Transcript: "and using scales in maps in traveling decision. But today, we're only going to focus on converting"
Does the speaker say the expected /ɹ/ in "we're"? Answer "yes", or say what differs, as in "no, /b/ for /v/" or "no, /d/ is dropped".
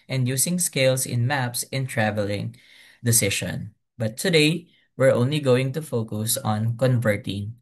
yes